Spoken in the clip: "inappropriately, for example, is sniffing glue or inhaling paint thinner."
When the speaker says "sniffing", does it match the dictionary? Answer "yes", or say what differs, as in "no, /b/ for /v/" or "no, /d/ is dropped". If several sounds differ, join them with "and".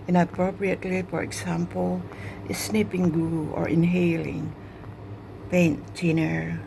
no, /p/ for /f/